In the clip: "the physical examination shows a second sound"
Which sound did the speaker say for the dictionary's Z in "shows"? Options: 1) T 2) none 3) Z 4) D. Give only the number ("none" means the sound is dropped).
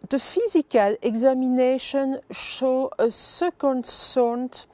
2